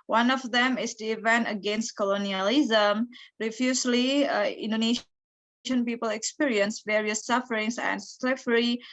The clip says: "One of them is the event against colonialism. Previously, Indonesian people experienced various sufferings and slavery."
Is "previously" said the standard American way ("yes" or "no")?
no